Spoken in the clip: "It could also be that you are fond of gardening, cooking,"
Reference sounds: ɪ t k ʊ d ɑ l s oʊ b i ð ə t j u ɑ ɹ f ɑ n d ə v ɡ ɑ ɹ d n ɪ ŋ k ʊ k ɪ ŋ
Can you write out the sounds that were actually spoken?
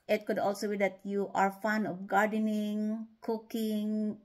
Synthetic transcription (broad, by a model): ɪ t k ʊ d ɑ l s oʊ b i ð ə t j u ɑ ɹ f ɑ n ə f ɡ ɑ ɹ d n ɪ ŋ k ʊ k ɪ ŋ